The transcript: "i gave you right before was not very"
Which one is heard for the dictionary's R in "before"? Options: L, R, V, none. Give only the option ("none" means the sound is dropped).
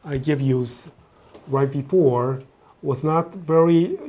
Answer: R